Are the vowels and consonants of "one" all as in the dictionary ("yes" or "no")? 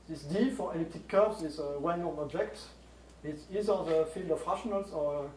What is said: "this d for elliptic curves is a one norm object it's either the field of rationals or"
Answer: no